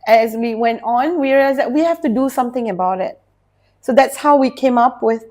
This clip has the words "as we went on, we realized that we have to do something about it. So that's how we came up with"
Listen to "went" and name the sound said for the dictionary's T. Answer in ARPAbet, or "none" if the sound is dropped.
T